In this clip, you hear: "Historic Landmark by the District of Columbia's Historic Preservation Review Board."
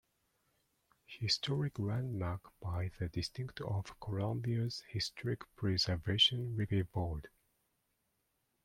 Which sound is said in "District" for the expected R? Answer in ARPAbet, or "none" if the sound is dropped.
none